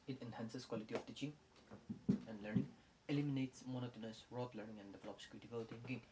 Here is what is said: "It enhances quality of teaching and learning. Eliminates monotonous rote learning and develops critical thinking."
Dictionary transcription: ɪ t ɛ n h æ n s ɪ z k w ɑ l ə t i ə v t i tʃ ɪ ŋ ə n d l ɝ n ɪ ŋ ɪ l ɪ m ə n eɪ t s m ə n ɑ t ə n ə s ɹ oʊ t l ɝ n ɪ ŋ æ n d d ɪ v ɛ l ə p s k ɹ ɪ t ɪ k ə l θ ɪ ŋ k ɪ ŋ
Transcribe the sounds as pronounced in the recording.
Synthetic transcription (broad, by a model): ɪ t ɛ n h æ n s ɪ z k w ɑ l ə t i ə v t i tʃ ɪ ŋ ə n d l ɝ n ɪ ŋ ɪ l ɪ m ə n eɪ t s m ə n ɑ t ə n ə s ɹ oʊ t l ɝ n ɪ ŋ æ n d d ɪ v ɛ l ə p s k ɪ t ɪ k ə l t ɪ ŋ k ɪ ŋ